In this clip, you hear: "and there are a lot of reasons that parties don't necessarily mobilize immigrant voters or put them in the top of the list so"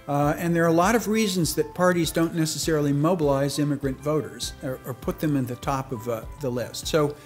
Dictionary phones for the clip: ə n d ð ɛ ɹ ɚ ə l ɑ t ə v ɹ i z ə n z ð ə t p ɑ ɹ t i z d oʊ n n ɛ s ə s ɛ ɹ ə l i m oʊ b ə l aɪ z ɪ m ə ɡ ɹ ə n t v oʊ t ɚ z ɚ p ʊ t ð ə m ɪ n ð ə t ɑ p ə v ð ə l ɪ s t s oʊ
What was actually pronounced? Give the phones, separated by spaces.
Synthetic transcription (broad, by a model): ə n ð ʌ ɹ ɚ ə l ɑ t ə v ɹ i z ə n z ð ə t p ɑ ɹ t i z d oʊ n n ɛ s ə s ɛ ɹ l i m oʊ b ə l aɪ z ɪ m ə ɡ ɹ ə n t v oʊ t ɚ z ɚ p ʊ t ð ə m ɪ n ð ə t ɑ p ə v ð ə l ɪ s t s oʊ